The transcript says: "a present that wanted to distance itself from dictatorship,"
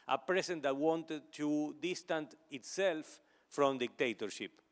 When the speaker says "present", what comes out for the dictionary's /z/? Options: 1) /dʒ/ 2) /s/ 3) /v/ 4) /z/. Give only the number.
2